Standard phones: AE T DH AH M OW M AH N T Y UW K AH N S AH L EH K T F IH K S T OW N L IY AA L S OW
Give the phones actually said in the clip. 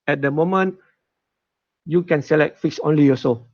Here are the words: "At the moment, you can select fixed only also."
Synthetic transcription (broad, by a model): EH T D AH M OW M AH N T Y UW K AH N S AH L EH K T F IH K S OW N L IY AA S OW